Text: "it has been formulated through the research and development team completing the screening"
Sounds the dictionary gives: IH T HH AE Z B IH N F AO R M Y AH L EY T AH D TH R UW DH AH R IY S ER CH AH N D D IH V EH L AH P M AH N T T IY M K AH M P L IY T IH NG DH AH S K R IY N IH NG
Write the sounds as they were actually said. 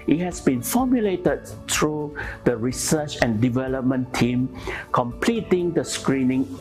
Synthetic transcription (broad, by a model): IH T HH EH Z B IH N F AO M Y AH L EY T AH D T R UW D AH R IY S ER CH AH N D D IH V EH L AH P M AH N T T IY M K AH M P L IY T IH NG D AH S K R IY N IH NG